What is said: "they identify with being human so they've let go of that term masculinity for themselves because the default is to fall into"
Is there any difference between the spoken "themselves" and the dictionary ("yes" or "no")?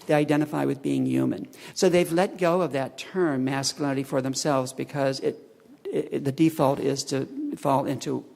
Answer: no